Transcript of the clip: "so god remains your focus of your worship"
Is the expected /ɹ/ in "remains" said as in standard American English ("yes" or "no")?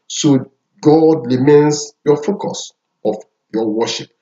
no